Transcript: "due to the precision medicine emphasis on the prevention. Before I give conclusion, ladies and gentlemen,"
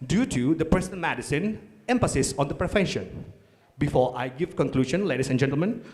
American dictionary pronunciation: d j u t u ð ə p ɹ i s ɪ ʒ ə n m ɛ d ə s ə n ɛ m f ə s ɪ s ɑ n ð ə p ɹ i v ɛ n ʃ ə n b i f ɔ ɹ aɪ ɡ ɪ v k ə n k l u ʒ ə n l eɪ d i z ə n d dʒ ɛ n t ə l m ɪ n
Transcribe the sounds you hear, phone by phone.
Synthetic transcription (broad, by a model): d j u t u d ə p ɹ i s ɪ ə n m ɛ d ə s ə n ɛ m f ə s ɪ s ɑ n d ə p ɹ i f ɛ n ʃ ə n b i f ɔ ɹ aɪ ɡ ɪ v k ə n k l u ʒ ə n l eɪ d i s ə n dʒ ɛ n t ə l m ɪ n